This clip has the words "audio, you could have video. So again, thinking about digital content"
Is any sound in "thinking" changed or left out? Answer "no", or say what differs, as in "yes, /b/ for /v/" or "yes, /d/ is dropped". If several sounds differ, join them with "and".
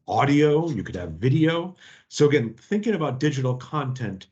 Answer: no